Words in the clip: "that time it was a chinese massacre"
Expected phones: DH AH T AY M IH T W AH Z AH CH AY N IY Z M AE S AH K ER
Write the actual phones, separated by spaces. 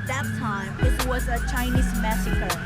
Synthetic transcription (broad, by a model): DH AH T AY M IH T W AH Z AH CH AY N IY Z M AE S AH K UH